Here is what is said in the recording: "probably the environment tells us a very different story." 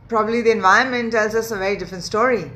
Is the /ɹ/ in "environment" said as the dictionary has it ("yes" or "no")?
no